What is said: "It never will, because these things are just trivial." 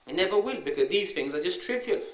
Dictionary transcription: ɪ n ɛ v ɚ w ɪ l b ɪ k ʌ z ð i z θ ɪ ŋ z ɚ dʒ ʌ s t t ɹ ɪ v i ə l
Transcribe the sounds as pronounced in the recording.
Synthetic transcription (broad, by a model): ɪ n ɛ v ɚ w ɪ l b ɪ k ʌ z ð i z θ ɪ ŋ z ɚ dʒ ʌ s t t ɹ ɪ v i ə l